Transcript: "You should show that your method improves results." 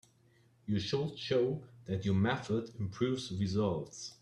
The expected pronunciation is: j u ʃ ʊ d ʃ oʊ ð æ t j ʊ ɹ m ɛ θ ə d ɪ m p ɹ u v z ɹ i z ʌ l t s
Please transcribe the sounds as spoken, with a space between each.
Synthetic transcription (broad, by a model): j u ʃ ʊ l ʃ oʊ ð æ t j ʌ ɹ m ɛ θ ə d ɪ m p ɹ u v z ɹ i z ʌ l t s